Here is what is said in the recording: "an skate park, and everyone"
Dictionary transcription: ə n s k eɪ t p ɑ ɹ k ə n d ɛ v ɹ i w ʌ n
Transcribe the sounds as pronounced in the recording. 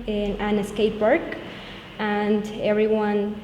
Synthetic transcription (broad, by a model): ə n s k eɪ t b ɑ ɹ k ə n d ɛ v ɹ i w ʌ n